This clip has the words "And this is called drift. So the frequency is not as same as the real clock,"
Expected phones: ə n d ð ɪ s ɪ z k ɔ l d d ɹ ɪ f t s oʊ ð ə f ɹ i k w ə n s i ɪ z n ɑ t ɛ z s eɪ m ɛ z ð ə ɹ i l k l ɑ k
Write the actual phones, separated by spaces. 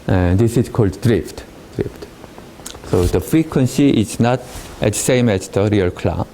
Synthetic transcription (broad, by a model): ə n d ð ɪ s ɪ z k ɔ l d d ɹ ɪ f t s oʊ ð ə f ɹ i k w ə n s i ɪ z n ɑ t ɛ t s eɪ m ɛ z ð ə ɹ i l k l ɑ